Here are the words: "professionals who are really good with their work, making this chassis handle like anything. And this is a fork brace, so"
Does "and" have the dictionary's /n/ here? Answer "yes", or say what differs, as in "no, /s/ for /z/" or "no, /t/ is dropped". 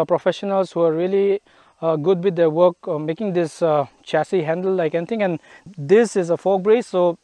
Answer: yes